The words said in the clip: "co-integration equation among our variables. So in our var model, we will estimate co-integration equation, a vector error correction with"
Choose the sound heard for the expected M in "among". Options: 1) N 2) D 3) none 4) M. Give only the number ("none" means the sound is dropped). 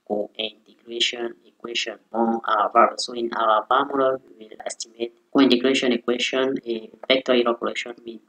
3